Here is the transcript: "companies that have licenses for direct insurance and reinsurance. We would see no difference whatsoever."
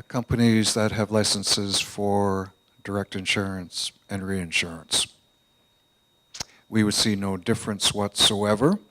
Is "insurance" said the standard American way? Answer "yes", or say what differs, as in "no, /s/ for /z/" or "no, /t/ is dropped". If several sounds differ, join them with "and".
yes